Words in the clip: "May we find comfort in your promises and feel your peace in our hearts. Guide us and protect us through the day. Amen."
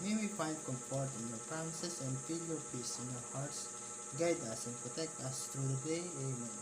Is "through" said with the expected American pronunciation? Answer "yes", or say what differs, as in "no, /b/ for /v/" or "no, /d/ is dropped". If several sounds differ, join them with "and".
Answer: no, /t/ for /θ/